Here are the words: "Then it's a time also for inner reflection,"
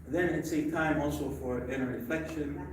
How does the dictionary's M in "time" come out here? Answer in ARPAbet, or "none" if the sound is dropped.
M